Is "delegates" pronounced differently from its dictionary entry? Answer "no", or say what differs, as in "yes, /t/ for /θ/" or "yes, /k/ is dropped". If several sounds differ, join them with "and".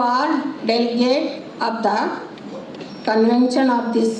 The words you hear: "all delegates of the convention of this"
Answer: yes, /s/ is dropped